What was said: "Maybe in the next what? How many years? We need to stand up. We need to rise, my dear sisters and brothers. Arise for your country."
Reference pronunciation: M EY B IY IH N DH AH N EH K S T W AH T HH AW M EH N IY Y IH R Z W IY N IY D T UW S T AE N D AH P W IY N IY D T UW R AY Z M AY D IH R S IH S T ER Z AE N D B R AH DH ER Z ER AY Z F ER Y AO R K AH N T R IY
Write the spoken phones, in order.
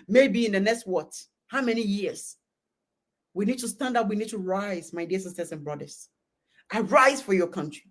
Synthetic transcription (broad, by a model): M EY B IY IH N DH AH N EH K S T W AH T HH AW M EH N IY Y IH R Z W IY N IY D T UW S T AE N D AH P W IY N IY D T UW R AY Z M AY D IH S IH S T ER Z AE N B R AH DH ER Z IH AY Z F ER Y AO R K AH N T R IY